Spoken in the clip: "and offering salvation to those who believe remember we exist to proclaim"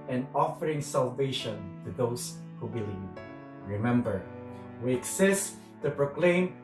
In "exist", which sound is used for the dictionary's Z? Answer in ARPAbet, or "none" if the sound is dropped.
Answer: S